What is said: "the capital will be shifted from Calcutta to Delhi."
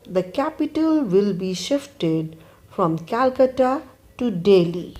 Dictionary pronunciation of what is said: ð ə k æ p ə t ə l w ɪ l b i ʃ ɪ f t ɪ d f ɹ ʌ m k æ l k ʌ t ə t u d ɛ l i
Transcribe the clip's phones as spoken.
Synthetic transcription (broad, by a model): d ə k æ p ə t ə l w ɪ l b i ʃ ɪ f t ɪ d f ɹ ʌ m k æ l k ʌ t ə t u d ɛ l i